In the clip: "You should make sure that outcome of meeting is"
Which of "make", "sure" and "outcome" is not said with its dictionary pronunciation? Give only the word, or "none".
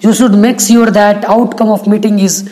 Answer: sure